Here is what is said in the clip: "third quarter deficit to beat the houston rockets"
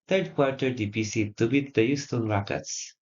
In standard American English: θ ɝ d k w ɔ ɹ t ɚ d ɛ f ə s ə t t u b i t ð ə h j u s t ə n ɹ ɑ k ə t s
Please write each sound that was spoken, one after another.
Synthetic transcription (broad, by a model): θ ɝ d k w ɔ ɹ t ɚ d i p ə s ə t t u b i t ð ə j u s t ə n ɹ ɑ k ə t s